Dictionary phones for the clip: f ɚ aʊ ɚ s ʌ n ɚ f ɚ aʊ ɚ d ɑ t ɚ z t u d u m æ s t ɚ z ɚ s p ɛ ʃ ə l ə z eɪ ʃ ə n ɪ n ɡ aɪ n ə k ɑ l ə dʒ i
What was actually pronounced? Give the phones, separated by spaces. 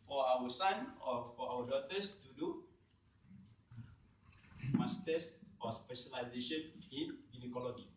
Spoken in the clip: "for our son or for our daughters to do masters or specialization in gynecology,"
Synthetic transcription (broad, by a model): f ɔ aʊ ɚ s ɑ n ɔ f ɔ aʊ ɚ d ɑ t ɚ s t u d u m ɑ s t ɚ s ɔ s p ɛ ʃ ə l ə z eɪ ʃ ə n ɪ n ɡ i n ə k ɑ l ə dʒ i